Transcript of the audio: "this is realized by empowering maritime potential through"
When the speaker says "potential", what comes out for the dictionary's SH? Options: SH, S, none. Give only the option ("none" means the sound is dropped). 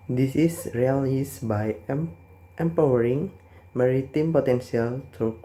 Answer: S